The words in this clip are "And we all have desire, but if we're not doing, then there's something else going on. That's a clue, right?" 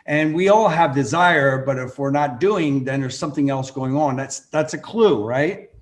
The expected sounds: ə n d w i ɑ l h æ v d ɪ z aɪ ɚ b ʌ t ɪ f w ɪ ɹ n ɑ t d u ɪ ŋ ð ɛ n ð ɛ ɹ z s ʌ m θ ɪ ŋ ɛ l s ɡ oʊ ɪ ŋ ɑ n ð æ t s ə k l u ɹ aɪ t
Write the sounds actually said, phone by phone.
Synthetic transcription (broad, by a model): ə n w i ɑ l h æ v d ɪ z aɪ ɚ b ʌ t ɪ f w ɪ ɹ n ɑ t d u ɪ ŋ ð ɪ n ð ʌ ɹ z s ʌ m θ ɪ ŋ ɛ l s ɡ oʊ ɪ ŋ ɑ n ð æ t s ə k l u ɹ aɪ t